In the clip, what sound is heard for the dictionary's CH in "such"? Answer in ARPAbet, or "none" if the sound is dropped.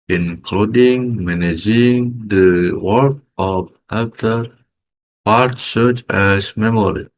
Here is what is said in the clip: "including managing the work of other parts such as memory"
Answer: CH